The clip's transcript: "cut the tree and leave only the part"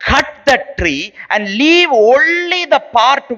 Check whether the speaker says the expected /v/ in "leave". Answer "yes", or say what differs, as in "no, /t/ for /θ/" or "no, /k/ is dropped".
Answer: yes